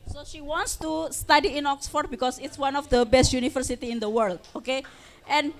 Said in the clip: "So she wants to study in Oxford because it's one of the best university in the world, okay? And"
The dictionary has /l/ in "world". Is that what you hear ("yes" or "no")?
yes